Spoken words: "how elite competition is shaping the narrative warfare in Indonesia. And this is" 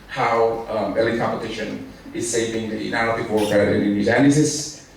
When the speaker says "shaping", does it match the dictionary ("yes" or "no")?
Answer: no